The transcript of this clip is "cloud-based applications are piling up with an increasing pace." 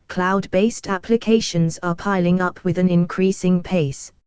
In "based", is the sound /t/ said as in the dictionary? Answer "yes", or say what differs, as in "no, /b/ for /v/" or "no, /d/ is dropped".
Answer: yes